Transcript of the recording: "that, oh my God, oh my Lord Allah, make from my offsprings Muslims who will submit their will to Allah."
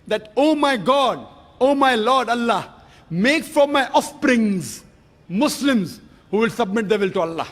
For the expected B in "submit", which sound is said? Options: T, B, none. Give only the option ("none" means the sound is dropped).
B